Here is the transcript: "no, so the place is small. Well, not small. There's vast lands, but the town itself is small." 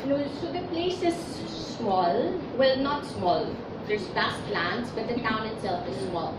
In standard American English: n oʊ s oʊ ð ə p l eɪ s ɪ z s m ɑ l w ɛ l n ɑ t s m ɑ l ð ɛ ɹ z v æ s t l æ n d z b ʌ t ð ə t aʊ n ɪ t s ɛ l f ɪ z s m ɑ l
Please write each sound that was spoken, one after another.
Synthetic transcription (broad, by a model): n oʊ s oʊ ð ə p l eɪ s ɪ z s m ɑ l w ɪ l n ɑ t s m ɑ l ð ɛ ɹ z b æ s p l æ n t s b ʌ t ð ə t aʊ n ɪ t s ɛ l f ɪ z s m ɑ l